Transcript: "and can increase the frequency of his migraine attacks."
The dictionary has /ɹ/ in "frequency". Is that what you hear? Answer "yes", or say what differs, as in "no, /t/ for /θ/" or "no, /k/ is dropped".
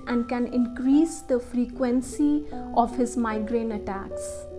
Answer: yes